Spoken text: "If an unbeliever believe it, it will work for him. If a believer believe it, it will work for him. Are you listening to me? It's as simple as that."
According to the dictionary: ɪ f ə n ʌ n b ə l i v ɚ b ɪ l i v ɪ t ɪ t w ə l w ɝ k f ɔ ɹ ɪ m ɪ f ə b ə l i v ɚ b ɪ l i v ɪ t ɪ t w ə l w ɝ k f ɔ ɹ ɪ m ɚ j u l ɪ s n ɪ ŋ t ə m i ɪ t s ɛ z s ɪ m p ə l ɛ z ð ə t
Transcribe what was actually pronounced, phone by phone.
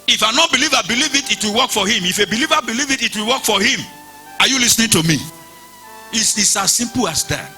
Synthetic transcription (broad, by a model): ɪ f ə n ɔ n b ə l i v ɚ b ɪ l i v ɪ t ɪ t w ə l w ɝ k f ɔ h ɪ m ɪ f ə b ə l i v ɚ b ɪ l i v ɪ t ɪ t w ə l w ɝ k f ɔ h ɪ m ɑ j u l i s n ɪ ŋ t ə m i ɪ s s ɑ s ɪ m p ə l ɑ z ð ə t